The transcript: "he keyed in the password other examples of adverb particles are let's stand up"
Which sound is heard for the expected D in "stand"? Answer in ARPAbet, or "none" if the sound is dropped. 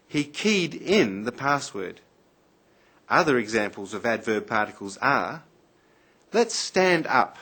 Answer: D